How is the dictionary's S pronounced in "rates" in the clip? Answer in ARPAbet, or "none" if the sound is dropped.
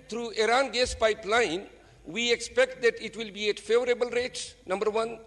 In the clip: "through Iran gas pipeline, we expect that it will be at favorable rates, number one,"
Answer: none